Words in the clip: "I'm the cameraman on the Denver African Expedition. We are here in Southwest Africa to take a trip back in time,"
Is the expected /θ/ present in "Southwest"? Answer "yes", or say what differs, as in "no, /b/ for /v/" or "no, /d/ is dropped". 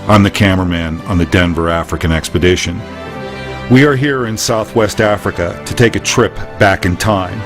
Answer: yes